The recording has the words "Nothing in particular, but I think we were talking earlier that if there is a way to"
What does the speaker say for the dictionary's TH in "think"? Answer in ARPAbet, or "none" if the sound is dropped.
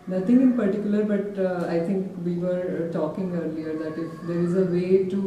T